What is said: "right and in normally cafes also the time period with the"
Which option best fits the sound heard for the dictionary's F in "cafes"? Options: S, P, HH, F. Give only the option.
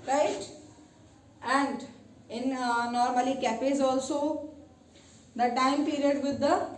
P